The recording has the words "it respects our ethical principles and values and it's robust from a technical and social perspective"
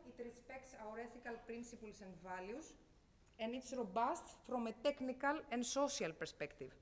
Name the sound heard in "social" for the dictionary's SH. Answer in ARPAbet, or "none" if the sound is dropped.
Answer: S